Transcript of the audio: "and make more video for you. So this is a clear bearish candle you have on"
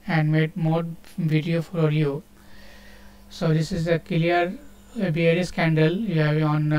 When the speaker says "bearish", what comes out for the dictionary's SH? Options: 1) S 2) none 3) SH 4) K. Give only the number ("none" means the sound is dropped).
1